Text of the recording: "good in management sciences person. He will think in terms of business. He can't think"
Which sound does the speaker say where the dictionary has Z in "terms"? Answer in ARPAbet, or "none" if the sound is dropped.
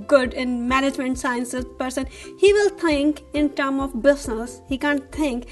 none